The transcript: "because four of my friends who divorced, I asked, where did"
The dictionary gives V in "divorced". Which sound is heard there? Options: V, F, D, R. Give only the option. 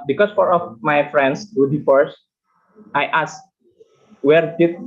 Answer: F